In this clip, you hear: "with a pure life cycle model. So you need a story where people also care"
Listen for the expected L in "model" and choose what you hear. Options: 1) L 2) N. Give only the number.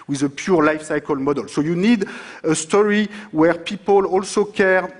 1